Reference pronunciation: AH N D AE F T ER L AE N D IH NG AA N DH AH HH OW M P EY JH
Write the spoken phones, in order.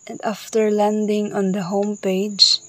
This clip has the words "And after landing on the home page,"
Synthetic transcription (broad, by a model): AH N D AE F T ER L AE N D IH NG AA N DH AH HH OW M P EY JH